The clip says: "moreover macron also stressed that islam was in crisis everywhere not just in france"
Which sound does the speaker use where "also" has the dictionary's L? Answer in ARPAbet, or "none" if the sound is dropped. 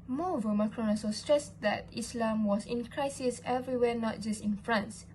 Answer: none